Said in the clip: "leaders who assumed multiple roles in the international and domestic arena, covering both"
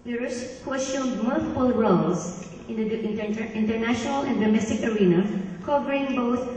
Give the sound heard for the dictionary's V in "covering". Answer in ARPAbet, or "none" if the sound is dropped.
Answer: P